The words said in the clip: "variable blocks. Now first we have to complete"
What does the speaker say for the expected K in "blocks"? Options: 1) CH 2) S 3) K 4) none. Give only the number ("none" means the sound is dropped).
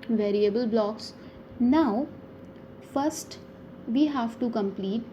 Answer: 3